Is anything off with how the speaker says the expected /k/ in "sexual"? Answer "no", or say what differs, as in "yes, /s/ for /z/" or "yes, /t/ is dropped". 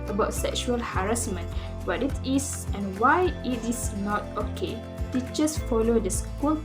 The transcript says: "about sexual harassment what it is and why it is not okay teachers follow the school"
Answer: no